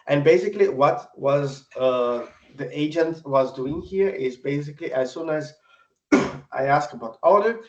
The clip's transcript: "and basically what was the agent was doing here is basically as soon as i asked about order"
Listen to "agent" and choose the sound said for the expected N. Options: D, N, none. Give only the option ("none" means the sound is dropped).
N